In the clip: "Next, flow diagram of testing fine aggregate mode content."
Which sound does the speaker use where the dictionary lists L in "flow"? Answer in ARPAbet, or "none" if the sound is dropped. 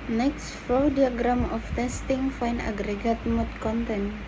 none